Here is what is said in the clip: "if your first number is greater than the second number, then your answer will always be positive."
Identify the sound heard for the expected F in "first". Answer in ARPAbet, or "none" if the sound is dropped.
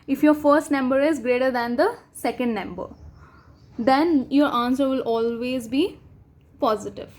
F